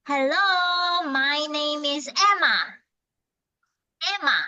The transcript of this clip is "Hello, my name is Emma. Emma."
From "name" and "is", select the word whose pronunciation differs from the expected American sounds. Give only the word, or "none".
none